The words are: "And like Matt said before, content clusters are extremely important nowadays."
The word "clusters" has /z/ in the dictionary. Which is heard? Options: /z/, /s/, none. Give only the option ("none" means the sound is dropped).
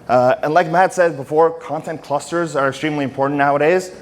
/z/